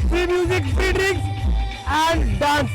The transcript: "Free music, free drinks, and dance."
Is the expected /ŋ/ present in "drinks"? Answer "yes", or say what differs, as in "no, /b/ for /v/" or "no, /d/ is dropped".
no, /ŋ/ is dropped